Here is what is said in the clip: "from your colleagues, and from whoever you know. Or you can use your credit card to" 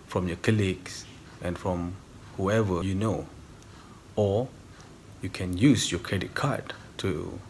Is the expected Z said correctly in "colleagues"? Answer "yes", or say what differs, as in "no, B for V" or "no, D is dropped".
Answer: no, S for Z